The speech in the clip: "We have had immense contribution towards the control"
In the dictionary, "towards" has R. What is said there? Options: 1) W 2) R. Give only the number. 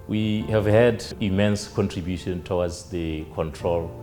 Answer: 1